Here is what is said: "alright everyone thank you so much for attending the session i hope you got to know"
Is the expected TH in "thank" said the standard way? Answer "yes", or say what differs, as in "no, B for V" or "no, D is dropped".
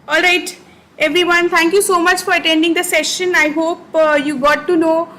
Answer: no, T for TH